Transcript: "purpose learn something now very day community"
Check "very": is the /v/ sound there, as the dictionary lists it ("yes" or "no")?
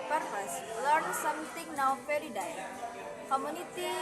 no